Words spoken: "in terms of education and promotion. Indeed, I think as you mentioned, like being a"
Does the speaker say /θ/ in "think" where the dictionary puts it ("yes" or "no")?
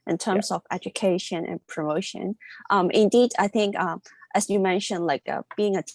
yes